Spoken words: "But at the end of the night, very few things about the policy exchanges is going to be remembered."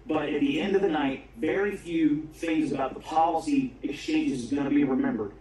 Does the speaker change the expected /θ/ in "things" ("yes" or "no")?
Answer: no